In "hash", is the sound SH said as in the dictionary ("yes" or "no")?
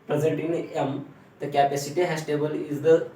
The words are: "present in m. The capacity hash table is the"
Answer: no